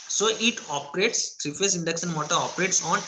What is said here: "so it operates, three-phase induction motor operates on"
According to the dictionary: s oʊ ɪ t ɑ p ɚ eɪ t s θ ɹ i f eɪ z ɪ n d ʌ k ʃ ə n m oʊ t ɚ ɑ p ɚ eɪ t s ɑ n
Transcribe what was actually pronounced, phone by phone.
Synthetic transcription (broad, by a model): s oʊ ɪ t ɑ p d eɪ t s t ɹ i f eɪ s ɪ n d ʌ k s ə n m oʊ t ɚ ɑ p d eɪ t s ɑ n